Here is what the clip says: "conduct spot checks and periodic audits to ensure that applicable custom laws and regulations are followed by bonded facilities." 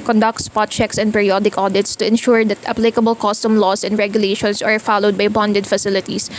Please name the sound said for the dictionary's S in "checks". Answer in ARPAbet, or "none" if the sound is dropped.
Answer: S